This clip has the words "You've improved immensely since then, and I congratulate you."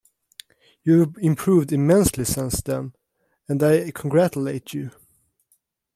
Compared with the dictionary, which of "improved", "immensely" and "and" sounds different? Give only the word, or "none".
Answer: none